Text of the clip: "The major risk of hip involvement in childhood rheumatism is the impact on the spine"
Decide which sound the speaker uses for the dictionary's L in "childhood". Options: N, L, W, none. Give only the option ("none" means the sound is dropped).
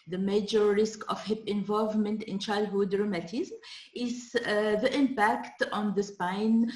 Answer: L